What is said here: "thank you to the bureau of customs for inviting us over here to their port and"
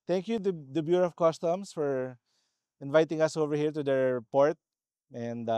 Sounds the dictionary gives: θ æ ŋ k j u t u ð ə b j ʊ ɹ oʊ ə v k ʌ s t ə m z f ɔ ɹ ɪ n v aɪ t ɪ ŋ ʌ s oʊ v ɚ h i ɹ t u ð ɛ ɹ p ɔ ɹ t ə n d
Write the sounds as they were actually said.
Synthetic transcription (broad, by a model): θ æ ŋ k j u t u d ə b j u ɹ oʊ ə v k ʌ s t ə m s f ɔ ɹ ɪ n v aɪ t ɪ ŋ ʌ s oʊ v ɚ h i ɹ t u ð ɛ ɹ p ɔ ɹ t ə n d